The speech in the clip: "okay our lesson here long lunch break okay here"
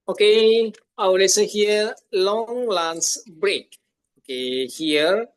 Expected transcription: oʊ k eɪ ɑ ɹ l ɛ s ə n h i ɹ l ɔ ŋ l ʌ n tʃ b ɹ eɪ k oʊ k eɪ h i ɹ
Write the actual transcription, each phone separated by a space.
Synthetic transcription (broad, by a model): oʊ k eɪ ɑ w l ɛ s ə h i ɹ l ɔ ŋ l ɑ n s b ɹ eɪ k oʊ k eɪ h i ɹ